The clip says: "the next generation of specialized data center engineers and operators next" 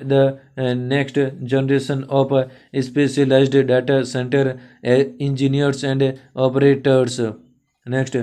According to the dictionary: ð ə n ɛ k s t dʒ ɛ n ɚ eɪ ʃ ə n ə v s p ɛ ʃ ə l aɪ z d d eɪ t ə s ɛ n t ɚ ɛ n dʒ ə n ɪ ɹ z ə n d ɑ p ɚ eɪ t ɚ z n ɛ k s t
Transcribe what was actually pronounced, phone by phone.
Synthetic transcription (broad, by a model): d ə n ɛ k s t dʒ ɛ n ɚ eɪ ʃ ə n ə p s p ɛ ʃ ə l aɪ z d d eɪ t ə s ɛ n t ɚ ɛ n dʒ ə n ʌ ɹ s ə n d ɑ p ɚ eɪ t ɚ s n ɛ k s t